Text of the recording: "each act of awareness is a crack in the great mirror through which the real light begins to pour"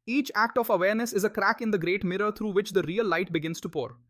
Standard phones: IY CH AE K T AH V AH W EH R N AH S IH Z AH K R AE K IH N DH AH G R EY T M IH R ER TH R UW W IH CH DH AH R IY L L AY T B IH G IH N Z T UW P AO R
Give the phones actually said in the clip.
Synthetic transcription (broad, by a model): IY CH AE K T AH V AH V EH R N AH S IH Z AH K R AE K IH N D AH G R EY T M IH R ER T R UW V IH CH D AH R IY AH L AY T B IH G IH N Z T UW P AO R